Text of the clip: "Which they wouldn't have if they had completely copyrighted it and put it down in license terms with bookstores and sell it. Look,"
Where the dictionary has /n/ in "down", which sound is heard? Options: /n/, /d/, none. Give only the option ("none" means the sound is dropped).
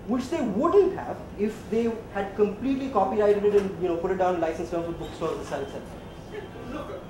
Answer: none